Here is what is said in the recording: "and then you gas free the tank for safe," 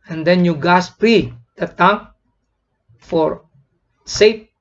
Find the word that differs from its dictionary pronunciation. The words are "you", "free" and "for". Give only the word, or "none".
free